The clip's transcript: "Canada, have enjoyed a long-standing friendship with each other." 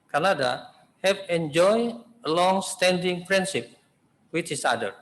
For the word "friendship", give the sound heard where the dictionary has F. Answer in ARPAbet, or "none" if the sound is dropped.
P